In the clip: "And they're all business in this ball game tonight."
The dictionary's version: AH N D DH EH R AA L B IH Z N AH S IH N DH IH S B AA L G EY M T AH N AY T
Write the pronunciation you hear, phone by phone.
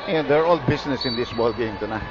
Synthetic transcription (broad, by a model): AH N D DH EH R AA L B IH S N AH S IH N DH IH S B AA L G EY M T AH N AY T